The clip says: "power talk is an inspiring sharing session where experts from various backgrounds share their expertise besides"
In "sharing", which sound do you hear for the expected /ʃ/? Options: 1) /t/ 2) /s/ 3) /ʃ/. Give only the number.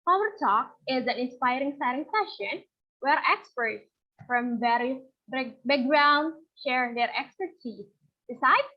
2